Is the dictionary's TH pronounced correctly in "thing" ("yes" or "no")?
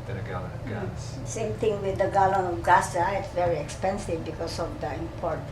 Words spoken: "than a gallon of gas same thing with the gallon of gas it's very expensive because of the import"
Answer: no